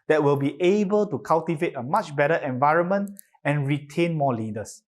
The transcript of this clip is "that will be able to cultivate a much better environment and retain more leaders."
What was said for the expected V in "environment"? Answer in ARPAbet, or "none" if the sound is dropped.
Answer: V